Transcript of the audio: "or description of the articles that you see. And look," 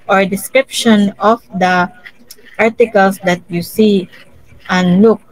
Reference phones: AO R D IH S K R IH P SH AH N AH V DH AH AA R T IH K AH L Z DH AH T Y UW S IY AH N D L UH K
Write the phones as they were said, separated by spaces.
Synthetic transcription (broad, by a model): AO R D IH S K R IH P SH AH N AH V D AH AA R T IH K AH L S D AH T Y UW S IY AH N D L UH K